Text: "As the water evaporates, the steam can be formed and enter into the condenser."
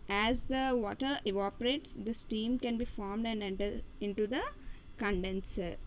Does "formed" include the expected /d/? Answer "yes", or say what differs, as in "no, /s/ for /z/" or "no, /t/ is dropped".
yes